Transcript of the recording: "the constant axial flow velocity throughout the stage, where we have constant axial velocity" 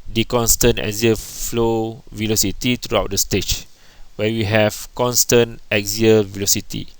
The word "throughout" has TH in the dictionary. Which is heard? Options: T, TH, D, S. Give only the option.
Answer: T